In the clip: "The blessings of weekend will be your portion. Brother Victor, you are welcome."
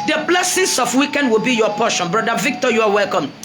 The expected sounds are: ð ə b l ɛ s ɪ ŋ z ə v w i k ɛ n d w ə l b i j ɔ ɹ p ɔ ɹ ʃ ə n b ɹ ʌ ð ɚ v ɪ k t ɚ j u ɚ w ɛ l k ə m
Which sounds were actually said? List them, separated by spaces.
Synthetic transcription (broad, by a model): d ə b l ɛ s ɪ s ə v w i k ɛ n d w ə l b i j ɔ p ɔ ʃ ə n b ɹ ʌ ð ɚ v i k t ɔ j u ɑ w ɛ l k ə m